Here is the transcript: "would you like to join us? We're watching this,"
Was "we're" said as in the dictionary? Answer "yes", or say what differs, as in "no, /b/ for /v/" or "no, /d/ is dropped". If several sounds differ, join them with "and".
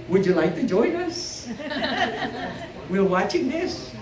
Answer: no, /l/ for /ɹ/